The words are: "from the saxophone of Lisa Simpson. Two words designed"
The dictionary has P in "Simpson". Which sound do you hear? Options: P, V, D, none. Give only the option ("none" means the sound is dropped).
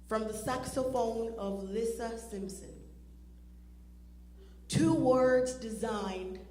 P